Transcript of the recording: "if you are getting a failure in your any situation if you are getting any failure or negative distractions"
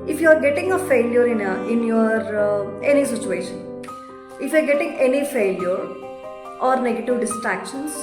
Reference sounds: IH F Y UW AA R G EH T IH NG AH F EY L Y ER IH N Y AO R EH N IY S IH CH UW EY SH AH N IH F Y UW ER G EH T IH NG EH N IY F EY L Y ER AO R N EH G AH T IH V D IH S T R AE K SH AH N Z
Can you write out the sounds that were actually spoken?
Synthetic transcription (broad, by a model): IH F Y UW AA R G EH T IH NG AH F EY L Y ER IH N Y AO R EH N IY S IH CH UW EY SH AH N IH F Y UW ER G EH T IH NG EH N IY F EY L Y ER AO R N EH G AH T IH V D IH S T R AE K SH AH N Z